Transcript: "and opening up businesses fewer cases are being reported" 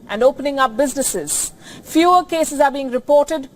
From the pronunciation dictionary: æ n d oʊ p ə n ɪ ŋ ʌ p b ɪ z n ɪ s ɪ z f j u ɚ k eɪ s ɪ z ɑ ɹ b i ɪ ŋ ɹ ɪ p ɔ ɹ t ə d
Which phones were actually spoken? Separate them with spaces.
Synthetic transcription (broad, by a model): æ n d oʊ p ə n ɪ ŋ ʌ p b ɪ z n ɪ s ɪ z f j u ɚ k eɪ s ɪ z ɑ ɹ b i ɪ ŋ ɹ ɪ p ɔ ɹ t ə d